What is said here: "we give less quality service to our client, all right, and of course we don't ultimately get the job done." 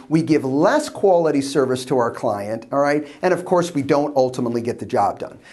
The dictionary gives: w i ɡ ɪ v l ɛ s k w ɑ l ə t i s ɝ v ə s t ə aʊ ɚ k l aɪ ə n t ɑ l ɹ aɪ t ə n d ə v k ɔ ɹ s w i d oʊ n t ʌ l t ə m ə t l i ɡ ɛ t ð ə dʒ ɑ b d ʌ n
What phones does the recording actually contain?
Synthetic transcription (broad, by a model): w i ɡ ɪ v l ɛ s k w ɑ l ə t i s ɝ v ə s t ə aʊ ɚ k l aɪ ə n t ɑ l ɹ aɪ t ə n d ə v k ɔ ɹ s w i d oʊ n t ʌ l t ə m ə t l i ɡ ɛ t ð ə dʒ ɑ b d ʌ n